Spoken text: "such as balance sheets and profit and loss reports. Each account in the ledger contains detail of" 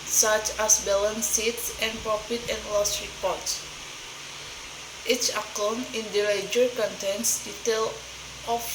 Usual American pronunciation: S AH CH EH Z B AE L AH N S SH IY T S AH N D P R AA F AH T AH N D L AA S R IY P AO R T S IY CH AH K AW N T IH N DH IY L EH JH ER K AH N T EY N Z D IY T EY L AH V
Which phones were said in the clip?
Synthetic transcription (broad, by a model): S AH CH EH S B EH L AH N S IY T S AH N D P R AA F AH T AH N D L AA S R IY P AO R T S IY CH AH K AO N IH N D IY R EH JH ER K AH N T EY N S D IY T EY L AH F